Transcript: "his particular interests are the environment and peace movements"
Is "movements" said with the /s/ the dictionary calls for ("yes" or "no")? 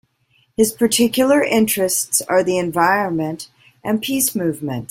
no